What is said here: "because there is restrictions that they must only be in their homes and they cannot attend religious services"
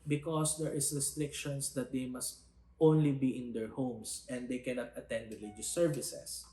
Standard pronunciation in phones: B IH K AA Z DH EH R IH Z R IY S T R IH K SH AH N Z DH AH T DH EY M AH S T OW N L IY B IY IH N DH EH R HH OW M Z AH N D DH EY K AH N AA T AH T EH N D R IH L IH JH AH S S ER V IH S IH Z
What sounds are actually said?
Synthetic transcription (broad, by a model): B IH K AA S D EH R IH S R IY S T R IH K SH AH N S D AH T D EY M AH S T OW N L IY B IY IH N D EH R HH OW M S AH N D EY K AH N AA T AH T EH N D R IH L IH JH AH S S ER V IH S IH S